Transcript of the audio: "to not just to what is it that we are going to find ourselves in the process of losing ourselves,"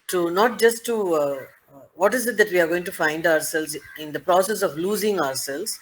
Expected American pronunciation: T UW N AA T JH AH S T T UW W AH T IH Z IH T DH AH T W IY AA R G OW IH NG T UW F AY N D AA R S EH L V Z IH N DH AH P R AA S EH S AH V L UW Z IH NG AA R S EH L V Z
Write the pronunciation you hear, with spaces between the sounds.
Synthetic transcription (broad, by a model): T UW N AA T JH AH S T T UW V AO T IH Z IH T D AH T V IY AA R G OW IH NG T UW F AY N D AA R S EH L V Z IH N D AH P R AA S EH S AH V L UW Z IH NG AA R S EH L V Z